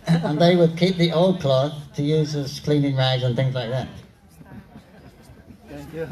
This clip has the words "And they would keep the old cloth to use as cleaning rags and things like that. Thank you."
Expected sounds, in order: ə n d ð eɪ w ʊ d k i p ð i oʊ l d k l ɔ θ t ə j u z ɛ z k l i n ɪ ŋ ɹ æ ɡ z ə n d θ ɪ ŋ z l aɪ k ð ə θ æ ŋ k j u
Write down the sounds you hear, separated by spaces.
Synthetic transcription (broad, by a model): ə n ð eɪ w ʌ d k i p ð i oʊ l d k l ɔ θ t ə j u z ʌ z k l i n ɪ ŋ ɹ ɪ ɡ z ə n θ ɪ ŋ z l aɪ k ð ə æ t